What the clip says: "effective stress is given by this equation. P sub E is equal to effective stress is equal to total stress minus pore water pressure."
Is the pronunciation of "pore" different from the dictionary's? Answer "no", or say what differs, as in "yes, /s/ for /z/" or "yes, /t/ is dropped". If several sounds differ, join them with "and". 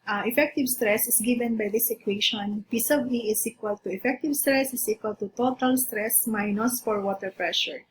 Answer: yes, /f/ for /p/